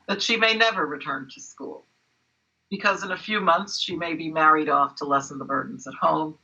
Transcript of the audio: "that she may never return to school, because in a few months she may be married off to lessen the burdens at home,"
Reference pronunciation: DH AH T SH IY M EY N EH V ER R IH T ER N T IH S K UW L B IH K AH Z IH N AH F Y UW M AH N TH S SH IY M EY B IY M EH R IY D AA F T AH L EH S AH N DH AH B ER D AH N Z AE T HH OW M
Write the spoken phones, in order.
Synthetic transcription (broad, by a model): DH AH T SH IY M EY N EH V ER R IH T ER N T IH S K UW L B IH K AH Z IH N AH F Y UW M AH N TH S SH IY M EY B IY M EH R IY D AA F T AH L EH S N DH AH B ER D N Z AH T HH OW M